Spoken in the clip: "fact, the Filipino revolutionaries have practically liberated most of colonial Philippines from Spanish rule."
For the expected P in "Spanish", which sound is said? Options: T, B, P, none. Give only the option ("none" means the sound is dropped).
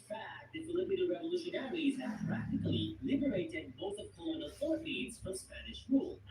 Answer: P